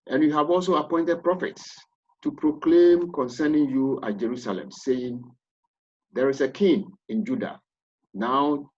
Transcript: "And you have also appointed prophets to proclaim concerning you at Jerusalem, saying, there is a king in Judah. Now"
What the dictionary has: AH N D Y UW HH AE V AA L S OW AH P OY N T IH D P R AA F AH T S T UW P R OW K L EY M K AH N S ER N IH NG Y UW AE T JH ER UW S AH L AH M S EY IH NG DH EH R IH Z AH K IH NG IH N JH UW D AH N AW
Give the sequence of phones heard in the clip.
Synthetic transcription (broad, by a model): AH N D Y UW HH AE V AA L S OW AH P OY N T IH D P R AA F AH T S T UW P R OW K L EY M K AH N S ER N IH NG Y UW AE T JH ER UW S AH L AH M S EY IH NG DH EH R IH S AH K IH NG IH N JH UW D AH N AW